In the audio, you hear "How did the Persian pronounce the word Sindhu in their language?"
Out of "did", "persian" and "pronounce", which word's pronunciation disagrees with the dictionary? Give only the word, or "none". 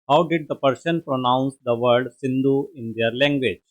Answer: persian